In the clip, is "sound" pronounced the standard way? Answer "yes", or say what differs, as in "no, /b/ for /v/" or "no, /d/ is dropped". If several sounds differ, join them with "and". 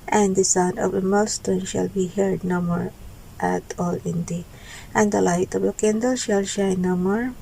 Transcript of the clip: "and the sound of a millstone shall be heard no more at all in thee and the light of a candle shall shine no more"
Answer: no, /d/ is dropped